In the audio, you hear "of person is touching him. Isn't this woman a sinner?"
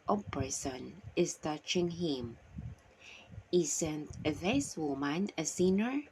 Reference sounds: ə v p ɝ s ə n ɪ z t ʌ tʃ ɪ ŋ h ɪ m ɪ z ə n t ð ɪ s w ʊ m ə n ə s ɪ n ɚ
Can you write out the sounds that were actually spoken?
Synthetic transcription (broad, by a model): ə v p ɝ s ə n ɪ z t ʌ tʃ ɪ ŋ h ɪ m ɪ s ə n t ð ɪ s w ʊ m ə n ə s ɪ n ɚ